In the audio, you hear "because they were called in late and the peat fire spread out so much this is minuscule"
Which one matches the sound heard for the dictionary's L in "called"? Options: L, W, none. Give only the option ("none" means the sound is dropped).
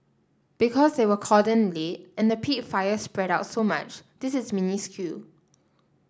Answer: none